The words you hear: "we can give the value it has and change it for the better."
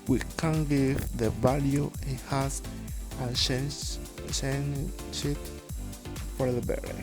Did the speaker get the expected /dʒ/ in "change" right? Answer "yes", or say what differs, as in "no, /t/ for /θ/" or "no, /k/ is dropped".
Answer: no, /ʃ/ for /dʒ/